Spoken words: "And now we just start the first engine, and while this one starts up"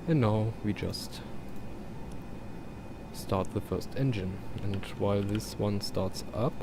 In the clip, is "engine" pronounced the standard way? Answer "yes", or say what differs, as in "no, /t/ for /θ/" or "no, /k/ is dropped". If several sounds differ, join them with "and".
yes